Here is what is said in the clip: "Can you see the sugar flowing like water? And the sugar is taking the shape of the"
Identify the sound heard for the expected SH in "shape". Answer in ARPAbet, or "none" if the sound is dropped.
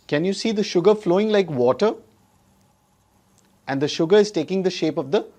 SH